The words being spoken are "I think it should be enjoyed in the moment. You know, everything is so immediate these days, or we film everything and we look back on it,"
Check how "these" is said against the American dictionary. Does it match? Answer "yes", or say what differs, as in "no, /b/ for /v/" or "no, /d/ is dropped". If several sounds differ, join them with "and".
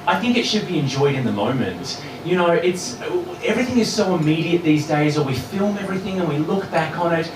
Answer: yes